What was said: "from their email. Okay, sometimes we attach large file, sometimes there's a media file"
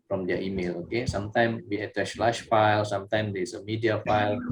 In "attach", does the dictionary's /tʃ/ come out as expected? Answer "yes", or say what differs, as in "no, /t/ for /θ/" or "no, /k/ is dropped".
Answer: no, /s/ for /tʃ/